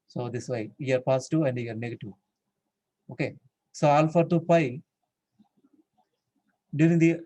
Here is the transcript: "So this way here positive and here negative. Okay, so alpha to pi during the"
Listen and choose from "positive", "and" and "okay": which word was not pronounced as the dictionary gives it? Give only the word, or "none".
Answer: positive